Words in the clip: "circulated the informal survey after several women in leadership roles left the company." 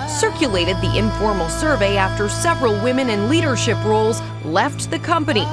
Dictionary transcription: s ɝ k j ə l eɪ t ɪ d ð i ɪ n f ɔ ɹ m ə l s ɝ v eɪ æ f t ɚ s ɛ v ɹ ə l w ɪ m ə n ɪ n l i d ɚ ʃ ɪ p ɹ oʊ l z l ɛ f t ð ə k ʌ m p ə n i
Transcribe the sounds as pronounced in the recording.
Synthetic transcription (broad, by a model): s ɝ k j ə l eɪ t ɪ d ð i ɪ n f ɔ ɹ m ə l s ɝ v eɪ æ f t ɚ s ɛ v ɹ ə l w ɪ m ə n ɪ n l i d ɚ ʃ ɪ p ɹ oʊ l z l ɛ f t ð ə k ʌ m p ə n i